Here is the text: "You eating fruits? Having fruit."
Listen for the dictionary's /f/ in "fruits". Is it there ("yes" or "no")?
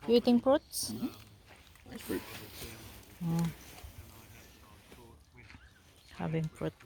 no